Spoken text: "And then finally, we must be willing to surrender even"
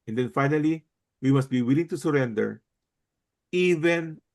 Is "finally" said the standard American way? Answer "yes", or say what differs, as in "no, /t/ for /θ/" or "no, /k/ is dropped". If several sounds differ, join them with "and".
yes